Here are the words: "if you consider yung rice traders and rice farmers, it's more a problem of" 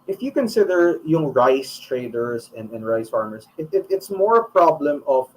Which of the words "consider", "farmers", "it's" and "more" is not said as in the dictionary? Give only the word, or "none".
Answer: farmers